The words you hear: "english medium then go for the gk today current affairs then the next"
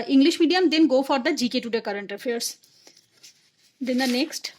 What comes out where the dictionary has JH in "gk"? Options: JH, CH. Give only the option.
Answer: JH